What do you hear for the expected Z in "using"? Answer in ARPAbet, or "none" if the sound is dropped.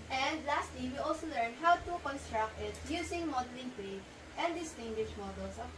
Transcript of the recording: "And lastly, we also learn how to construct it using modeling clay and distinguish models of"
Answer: S